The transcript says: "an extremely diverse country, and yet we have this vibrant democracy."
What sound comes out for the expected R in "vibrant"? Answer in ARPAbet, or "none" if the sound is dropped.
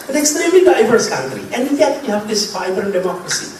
none